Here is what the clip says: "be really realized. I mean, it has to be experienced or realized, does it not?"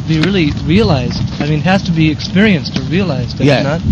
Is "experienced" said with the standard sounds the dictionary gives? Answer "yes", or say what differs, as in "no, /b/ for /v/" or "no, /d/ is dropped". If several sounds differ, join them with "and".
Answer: yes